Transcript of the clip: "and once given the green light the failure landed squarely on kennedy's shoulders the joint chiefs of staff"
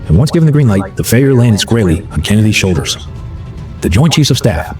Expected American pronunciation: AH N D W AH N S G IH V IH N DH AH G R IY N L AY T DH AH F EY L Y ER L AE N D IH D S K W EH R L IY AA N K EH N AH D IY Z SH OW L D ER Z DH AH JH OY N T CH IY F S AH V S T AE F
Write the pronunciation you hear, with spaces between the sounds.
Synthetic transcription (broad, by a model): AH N W AH N S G IH V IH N DH AH G R IY N L AY T DH AH F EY Y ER L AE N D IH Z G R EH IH L IY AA N K EH N AH D IY Z SH OW L D ER Z DH AH JH OY N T CH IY S AH V S T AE F